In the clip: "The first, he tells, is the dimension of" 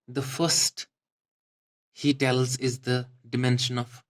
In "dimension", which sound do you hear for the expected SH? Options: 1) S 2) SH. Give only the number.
2